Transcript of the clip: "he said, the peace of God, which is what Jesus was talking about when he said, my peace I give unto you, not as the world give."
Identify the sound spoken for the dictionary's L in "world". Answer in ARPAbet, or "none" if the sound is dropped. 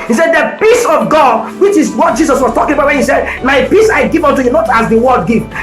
none